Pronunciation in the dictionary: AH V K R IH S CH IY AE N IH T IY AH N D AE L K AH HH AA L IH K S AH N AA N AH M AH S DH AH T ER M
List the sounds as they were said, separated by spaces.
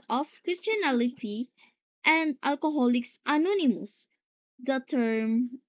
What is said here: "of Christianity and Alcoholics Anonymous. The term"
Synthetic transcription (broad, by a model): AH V K R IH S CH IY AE L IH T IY AH N D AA L K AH HH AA L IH K S AH N AA N AH M AH S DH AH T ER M